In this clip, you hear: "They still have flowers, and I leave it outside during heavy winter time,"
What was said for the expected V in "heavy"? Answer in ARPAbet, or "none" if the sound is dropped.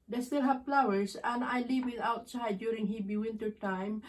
B